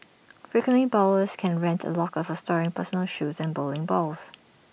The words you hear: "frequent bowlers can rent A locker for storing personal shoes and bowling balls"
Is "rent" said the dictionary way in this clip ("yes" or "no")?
yes